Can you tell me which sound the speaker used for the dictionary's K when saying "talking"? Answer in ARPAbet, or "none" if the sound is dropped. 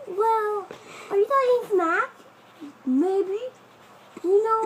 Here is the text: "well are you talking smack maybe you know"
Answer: none